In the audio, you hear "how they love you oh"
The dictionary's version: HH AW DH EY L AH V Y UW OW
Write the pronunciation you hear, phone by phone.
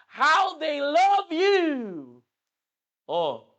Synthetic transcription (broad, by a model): HH AW DH EY L AH V Y UW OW